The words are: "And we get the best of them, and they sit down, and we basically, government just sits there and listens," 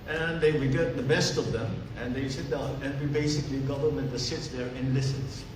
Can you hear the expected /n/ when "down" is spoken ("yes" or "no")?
no